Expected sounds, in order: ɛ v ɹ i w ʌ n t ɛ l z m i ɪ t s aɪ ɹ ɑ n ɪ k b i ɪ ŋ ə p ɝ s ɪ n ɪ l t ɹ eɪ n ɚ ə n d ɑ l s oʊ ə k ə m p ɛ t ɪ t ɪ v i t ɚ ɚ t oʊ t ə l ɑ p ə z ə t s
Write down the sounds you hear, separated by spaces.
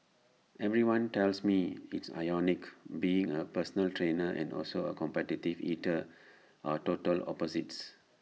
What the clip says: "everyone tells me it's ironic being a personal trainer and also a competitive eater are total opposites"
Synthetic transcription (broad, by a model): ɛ v ɹ i w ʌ n t ɛ l s m i ɪ t s aɪ ɑ n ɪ k b i ɪ ŋ ə p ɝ s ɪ n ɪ l t ɹ eɪ n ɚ ə n d ɑ l s oʊ ə k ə m p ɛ t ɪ t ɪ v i t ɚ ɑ t oʊ t ə l ɑ p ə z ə t s